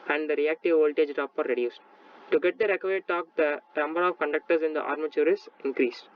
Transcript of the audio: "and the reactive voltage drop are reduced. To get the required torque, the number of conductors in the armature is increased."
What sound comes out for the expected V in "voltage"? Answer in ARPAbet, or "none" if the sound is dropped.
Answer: V